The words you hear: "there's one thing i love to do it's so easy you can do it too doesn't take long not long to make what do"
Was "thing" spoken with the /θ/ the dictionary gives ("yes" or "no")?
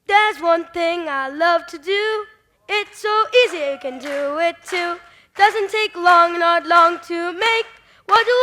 yes